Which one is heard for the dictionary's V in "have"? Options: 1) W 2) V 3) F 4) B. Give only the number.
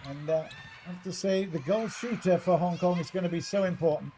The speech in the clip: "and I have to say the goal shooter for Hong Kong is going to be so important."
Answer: 3